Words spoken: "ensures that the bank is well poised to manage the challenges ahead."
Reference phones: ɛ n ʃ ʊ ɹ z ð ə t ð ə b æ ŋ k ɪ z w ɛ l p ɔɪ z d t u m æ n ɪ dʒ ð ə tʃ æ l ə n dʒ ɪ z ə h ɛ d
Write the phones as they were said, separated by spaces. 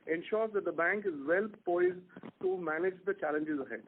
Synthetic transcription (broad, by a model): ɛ n ʃ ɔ ɹ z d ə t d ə b æ ŋ k ɪ z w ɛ l p ɔɪ z d t u m æ n ɪ dʒ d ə tʃ æ l ə n dʒ ɪ z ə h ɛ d